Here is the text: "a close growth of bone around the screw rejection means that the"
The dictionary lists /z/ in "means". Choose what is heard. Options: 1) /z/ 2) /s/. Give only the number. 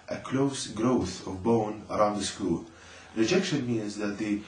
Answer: 1